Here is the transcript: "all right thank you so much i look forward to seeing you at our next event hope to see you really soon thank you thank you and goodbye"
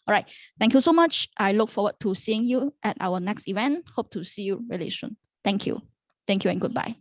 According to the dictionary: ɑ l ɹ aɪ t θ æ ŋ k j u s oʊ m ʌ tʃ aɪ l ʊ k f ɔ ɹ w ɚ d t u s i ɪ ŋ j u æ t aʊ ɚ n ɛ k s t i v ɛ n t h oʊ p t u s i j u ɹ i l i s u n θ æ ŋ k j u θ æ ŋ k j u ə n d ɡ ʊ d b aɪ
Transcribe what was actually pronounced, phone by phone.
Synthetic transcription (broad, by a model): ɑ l ɹ aɪ t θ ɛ ŋ k j u s oʊ m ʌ tʃ aɪ l ʊ k f ɔ w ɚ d t u s i ɪ ŋ j u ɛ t aʊ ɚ n ɛ k s t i v ɛ n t h oʊ p t u s i j u ɹ i l i ʃ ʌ n t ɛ ŋ k j u t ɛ ŋ k j u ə n ɡ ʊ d b aɪ